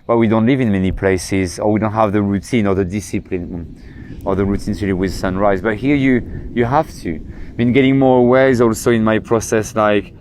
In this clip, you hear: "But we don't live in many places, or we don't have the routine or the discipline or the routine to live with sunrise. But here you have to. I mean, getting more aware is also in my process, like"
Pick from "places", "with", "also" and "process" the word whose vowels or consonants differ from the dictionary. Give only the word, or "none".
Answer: none